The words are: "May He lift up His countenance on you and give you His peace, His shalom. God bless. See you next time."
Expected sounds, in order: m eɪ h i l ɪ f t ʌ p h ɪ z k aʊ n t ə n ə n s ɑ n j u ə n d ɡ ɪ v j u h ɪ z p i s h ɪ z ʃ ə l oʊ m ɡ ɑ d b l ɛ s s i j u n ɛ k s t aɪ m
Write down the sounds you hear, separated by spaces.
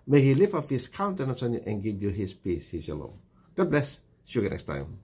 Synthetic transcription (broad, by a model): m eɪ h i l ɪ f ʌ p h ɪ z k aʊ n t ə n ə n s ɑ n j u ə n ɡ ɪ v j u h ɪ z p i s h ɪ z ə l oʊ ɡ ɑ d b l ɛ s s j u n ɛ k s t aɪ m